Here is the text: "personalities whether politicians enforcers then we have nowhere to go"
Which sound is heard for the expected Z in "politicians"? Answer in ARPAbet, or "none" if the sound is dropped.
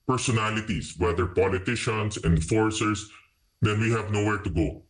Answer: S